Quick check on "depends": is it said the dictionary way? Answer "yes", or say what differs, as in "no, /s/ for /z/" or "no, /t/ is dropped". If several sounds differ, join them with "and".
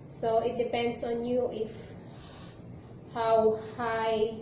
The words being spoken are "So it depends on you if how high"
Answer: no, /s/ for /z/